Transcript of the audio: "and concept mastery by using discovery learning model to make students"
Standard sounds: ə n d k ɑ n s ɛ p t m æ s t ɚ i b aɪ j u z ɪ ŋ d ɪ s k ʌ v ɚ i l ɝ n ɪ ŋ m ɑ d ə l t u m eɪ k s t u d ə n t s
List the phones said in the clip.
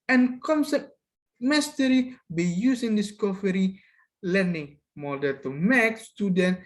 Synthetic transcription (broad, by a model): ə n k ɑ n s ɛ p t m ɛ s t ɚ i b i j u s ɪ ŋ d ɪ s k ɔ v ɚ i l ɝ n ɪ ŋ m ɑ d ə n t u m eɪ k s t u d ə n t